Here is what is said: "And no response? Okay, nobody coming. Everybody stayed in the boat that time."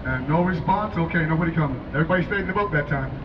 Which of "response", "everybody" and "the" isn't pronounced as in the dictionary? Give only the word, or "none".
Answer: response